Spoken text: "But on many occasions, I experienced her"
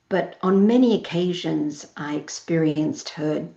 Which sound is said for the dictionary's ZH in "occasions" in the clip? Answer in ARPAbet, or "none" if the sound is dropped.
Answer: ZH